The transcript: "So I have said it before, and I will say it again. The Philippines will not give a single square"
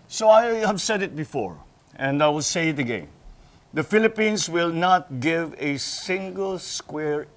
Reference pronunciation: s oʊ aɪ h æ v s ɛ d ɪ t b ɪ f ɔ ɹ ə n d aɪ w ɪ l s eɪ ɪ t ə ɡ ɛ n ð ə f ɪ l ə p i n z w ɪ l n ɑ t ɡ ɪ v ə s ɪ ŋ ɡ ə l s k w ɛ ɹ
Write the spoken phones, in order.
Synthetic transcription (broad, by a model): s oʊ aɪ h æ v s ɛ d ɪ t b ɪ f ɔ ɹ ə n d aɪ w ɪ l s eɪ ɪ t ə ɡ ɛ n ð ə f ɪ l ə p i n s w ɪ l n ɑ t ɡ ɪ v ə s ɪ ŋ ɡ ə l s k w ɛ ɹ